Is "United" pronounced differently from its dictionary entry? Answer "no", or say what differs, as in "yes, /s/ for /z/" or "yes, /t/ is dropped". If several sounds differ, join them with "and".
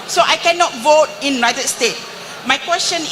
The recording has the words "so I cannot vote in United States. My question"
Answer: yes, /n/ is dropped